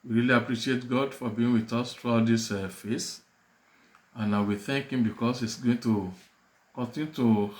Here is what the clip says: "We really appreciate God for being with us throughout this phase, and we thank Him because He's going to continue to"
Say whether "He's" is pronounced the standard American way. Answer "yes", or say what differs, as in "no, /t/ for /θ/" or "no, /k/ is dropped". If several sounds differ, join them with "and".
no, /s/ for /z/